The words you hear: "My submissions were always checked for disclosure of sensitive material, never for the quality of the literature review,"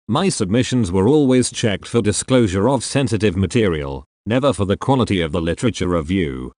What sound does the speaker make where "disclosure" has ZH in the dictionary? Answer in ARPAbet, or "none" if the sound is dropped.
ZH